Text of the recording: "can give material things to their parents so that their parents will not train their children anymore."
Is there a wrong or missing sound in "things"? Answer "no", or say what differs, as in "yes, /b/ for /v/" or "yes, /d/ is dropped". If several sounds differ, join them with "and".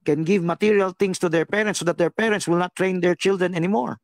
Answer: yes, /t/ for /θ/ and /s/ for /z/